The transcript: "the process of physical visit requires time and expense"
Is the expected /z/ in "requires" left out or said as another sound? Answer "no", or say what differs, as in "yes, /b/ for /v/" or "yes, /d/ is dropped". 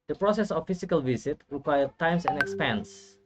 yes, /z/ is dropped